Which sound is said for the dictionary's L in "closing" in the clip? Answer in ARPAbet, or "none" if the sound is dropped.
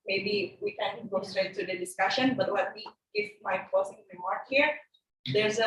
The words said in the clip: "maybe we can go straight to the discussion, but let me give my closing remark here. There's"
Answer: none